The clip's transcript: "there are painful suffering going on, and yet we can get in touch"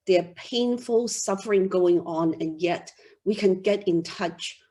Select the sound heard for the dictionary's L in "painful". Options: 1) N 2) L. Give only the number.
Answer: 2